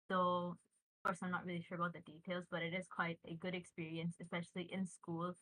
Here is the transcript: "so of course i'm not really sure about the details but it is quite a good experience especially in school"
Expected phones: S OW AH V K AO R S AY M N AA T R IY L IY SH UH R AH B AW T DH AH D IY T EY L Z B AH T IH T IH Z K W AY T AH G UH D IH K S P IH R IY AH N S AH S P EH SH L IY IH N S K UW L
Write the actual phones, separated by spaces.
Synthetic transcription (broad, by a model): S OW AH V K AO R S AY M N AA T R IY L IY SH UH R AH B AW T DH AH D IY T EY L Z B AH T IH T IH Z K W AY T AH G UH D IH K S P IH R IY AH N S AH S P EH SH L IY IH N S K UW L